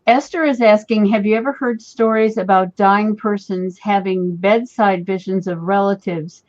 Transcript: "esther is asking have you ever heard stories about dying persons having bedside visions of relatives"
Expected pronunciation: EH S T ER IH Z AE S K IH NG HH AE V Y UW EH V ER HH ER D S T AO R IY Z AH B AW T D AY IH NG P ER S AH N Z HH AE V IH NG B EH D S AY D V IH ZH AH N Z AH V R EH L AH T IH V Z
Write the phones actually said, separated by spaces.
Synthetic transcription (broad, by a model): EH S T ER IH Z AE S K IH NG HH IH V Y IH EH V ER HH ER D S T AO R IY Z AH B AW T D AY IH NG P ER S AH N Z HH AE V IH NG B EH D S AY D V IH ZH AH N Z AH V R EH L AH T IH V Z